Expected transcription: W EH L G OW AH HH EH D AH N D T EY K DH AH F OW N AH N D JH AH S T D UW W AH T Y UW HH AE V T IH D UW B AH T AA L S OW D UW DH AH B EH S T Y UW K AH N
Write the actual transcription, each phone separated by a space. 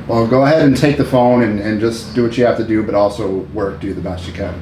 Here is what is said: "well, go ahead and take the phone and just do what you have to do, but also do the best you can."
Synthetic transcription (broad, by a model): W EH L G OW AH HH EH D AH N T EY K DH AH F OW N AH N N JH AH S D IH W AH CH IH HH AE F T IH D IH B AH T AA L S OW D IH DH AH B EH S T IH K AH N